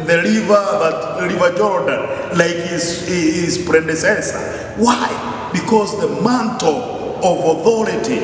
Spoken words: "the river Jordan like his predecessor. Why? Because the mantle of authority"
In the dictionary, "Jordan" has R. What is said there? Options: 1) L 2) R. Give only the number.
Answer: 2